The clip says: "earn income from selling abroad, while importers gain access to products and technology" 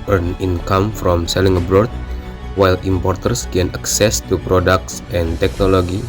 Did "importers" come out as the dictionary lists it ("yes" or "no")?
no